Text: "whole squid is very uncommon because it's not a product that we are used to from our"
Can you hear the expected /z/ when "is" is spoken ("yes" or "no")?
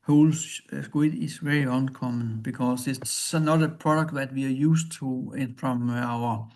no